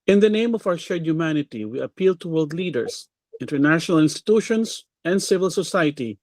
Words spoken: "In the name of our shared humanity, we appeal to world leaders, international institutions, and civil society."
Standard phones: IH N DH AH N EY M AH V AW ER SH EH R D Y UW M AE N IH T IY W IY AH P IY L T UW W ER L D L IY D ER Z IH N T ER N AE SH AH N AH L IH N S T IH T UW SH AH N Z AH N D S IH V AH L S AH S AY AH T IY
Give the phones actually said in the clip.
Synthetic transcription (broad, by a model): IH N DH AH N EY M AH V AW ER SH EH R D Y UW M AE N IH T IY W IY AH P IY L T UW W ER L D L IY D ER S IH N T ER N AE SH AH N AH L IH N S T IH T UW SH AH N S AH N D S IH V AH L S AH S AY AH T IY